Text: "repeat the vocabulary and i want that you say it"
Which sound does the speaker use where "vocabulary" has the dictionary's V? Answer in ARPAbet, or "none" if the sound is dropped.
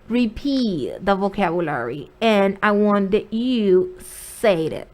V